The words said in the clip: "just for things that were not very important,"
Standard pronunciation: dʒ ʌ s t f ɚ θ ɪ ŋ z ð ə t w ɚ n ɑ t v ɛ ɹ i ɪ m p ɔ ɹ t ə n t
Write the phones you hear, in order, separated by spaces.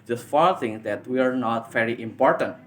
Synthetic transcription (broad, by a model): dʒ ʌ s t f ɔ t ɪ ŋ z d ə t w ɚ n ɑ t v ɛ ɹ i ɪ m p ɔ ɹ t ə n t